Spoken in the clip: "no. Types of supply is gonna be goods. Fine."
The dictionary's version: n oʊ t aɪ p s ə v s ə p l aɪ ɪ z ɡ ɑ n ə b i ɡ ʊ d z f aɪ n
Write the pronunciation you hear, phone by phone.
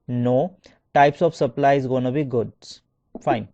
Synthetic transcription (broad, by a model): n oʊ t aɪ p s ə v s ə p l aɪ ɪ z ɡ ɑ n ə b i ɡ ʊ d f aɪ n